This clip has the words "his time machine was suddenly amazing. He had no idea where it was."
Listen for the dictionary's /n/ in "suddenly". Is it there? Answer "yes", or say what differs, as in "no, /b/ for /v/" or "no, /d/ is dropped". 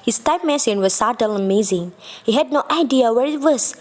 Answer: no, /n/ is dropped